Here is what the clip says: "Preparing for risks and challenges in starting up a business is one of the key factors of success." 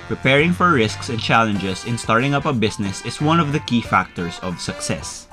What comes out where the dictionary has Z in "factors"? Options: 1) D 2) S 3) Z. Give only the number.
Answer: 2